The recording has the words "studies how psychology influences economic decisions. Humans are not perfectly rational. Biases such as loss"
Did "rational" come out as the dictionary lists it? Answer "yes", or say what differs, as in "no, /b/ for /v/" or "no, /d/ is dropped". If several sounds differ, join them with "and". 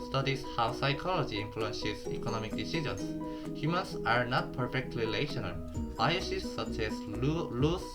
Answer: no, /l/ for /ɹ/